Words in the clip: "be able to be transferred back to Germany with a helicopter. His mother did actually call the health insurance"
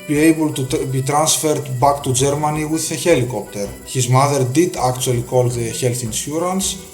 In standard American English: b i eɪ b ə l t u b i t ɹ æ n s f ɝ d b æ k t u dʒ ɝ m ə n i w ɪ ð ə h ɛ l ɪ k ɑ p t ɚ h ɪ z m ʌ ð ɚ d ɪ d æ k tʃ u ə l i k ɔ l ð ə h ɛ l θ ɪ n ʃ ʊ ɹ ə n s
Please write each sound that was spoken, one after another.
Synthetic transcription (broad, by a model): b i eɪ b ə l t u b i t ɹ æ n s f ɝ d b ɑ k t u dʒ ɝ m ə n i w ɪ ð ə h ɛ l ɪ k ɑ p t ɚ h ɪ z m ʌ ð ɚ d ɪ d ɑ k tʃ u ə l i k ɔ l ð ə h ɛ l θ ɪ n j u ɹ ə n s